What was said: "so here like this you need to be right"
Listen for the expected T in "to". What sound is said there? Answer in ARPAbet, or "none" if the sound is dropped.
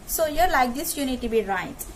T